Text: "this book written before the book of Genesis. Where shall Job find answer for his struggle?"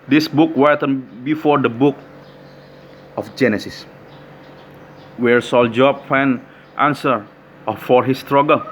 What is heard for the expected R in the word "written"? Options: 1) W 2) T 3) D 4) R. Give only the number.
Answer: 1